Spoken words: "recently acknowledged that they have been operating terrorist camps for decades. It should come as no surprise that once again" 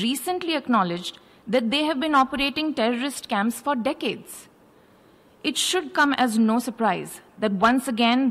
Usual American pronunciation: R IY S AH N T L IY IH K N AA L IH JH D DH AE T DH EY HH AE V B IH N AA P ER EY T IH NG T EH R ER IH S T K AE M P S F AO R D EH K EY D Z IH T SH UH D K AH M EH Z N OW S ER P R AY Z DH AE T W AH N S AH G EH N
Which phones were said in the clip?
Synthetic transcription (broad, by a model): R IY S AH N T L IY IH K N AA L IH JH D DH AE T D EY HH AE V B IH N AA P ER EY T IH NG T EH R ER IH S T K AE M P S F AO R D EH K EY D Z IH T SH UH D K AH M EH Z N OW S ER P R AY Z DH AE T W AH N S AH G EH N